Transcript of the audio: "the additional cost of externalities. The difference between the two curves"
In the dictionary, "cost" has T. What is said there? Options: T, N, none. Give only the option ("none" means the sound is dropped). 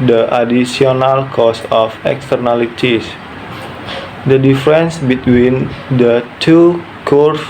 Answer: none